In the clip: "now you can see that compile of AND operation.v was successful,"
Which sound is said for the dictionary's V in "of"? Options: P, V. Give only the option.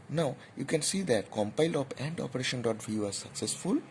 P